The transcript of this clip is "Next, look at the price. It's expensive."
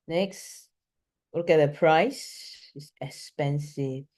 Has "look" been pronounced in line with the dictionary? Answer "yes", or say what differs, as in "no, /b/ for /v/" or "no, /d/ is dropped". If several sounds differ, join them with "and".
no, /w/ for /l/